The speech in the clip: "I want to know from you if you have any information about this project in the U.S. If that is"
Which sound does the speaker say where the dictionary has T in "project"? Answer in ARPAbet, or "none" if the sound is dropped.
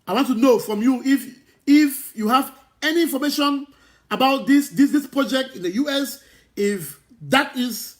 T